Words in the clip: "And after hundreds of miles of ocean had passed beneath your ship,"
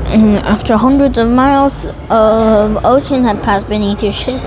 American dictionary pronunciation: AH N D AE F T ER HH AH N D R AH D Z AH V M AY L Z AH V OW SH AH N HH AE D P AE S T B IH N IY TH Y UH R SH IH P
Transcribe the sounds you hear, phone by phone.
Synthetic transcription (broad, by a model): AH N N AE F T ER HH AH N D R AH D Z AH V M AY L Z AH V OW SH AH N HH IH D P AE S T B IH N IY TH Y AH R SH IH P